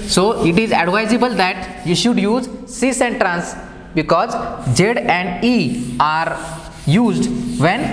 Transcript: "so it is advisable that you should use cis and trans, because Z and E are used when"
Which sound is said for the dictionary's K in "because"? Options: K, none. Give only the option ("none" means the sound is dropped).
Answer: K